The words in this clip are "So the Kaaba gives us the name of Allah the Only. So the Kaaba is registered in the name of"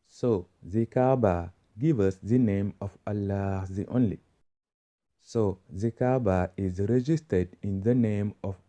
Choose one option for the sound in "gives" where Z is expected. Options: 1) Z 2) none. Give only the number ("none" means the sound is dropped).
2